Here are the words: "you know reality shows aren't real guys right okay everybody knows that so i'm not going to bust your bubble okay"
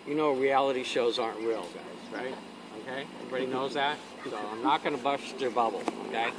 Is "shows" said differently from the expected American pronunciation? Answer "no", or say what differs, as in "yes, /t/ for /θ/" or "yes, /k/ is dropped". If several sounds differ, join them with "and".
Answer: no